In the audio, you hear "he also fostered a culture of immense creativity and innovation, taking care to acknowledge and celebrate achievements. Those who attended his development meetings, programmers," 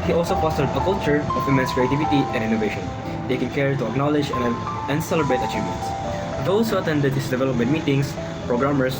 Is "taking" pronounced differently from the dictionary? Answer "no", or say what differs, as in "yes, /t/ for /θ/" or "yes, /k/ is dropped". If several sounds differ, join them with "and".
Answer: no